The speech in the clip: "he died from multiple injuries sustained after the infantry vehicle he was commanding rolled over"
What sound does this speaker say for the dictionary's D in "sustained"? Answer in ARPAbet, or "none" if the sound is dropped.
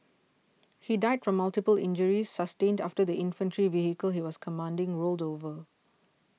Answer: D